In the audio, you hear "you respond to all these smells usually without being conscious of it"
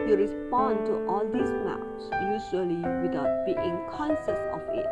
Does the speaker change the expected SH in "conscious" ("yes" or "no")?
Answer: yes